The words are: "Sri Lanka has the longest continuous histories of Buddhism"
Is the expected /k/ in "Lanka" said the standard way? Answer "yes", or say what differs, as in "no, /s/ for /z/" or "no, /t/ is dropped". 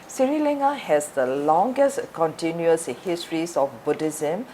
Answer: no, /k/ is dropped